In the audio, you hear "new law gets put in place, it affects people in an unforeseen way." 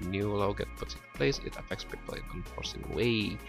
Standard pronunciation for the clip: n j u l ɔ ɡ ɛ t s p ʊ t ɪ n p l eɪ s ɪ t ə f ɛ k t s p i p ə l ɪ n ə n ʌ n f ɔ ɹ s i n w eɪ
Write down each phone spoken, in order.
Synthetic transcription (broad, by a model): n j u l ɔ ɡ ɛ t p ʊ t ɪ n p l eɪ s ɪ t ə f ɛ k t s p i p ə l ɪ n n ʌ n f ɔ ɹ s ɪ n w eɪ